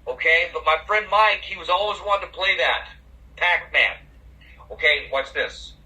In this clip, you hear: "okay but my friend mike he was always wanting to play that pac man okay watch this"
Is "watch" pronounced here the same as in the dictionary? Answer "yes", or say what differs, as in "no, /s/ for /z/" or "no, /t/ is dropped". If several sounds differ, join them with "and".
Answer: no, /s/ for /tʃ/